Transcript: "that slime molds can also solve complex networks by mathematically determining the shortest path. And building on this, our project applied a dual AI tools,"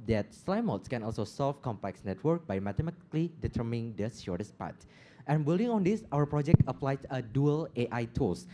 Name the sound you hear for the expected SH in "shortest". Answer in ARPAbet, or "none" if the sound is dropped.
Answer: S